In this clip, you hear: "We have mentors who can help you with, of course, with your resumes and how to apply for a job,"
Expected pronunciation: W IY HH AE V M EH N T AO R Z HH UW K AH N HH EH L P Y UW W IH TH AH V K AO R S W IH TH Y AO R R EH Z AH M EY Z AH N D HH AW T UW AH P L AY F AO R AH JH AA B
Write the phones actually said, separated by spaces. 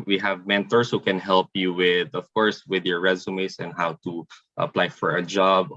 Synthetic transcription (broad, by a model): W IY HH AE V M EH N T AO R S HH UW K AH N HH EH L P Y UW W IH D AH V K AO R S W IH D Y AO R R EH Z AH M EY S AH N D HH AW T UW AH P L AY F AO R AH JH AA B